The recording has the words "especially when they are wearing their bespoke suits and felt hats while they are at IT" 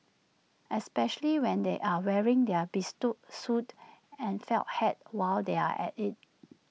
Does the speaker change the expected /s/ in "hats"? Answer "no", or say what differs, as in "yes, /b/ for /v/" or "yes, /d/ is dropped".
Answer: yes, /s/ is dropped